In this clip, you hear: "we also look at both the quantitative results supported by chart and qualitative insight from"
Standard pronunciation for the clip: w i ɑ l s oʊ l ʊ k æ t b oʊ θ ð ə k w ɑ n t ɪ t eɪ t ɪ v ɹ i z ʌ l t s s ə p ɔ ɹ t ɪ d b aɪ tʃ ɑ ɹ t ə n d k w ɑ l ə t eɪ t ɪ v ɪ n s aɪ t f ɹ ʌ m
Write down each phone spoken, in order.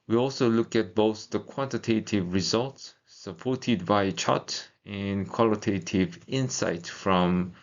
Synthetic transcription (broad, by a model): w i ɑ l s oʊ l ʊ k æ t b oʊ θ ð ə k w ɑ n t ɪ t eɪ t ɪ v ɹ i z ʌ l t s s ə p ɔ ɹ t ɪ d b aɪ tʃ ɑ t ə n k w ɑ l ə t eɪ t ɪ v ɪ n s aɪ t f ɹ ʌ m